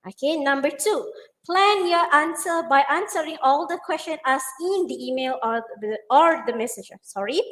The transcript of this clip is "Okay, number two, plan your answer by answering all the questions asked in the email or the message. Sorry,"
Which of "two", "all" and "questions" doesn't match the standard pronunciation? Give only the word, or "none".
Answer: questions